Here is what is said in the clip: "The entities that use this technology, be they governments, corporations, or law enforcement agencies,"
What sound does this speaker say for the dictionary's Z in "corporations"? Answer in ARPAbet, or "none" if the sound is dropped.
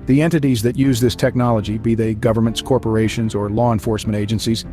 Z